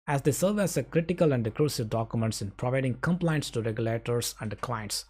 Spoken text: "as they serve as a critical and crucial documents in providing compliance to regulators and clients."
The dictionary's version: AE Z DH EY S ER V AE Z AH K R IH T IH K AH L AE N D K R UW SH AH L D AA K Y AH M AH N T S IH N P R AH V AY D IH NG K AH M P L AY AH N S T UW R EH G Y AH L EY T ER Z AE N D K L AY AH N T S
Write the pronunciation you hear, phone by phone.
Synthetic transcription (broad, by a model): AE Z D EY S ER V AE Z AH K R IH T IH K AH L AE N D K R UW S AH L D AA K Y AH M AH N T S IH N P R AH V AY D IH NG K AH M P L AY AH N S T UW R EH G Y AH L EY T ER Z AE N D K L AY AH N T S